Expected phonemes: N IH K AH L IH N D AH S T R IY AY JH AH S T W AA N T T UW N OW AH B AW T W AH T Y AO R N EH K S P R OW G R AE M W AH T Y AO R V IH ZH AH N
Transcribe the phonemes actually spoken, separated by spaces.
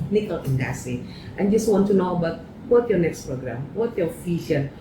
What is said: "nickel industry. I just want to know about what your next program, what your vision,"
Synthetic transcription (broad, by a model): N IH K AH L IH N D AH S T IY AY JH AH S T W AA N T T UW N OW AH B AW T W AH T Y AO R N EH K S P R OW G R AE M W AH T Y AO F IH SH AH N